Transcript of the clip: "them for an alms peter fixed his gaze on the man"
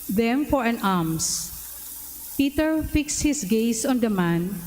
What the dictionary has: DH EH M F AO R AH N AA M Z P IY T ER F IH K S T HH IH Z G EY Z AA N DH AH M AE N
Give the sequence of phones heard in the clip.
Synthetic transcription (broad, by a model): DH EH M F AO R AH N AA M S P IY T ER F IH K S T HH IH S G EY S AA N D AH M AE N